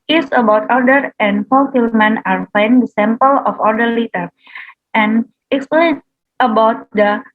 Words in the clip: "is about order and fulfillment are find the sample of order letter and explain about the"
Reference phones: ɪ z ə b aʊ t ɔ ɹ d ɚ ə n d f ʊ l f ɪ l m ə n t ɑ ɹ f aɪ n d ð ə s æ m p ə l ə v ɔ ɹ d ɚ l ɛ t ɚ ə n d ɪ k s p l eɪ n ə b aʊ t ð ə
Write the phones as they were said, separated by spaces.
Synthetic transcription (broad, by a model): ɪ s ə b aʊ t ɔ ɹ d ɚ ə n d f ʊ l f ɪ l m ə n ɑ ɹ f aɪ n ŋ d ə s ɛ m p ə l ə f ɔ ɹ d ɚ l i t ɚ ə n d ɪ k s p l eɪ n ə b aʊ t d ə